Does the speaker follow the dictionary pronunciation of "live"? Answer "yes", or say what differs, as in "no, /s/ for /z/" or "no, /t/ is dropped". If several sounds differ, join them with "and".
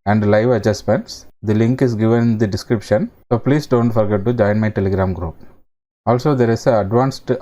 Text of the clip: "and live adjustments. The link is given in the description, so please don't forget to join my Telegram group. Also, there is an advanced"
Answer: yes